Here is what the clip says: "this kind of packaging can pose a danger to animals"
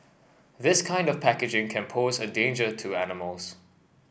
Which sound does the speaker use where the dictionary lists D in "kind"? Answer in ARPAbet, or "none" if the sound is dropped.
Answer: D